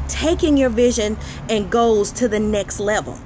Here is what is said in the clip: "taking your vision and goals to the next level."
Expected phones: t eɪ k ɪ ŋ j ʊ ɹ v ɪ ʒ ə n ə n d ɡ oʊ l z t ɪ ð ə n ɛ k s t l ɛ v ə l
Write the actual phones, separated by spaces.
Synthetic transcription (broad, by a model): t eɪ k ɪ ŋ j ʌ ɹ v ɪ ʒ ə n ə n ɡ oʊ z t ɪ ð ə n ɛ k s t l ɛ v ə l